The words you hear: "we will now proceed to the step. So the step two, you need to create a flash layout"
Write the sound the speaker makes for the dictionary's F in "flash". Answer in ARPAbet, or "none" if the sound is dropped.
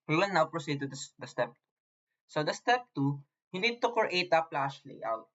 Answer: P